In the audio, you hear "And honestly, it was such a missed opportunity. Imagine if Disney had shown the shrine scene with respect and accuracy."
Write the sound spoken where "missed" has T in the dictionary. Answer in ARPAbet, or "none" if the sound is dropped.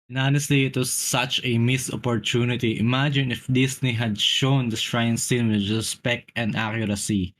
none